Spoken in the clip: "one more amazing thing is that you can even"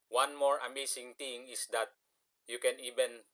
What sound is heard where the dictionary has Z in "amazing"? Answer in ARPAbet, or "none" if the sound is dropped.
S